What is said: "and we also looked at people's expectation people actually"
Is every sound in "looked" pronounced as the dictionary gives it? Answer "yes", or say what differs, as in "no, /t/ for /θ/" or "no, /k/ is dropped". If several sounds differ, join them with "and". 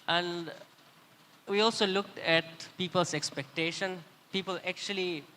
yes